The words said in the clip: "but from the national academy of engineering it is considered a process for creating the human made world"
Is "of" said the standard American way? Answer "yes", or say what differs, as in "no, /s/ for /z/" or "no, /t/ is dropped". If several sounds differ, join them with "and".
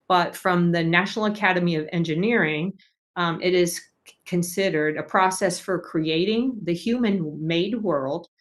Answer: yes